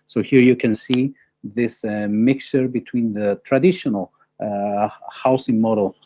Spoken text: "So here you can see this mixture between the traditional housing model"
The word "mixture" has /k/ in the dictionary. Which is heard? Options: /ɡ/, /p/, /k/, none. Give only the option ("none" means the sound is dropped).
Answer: /k/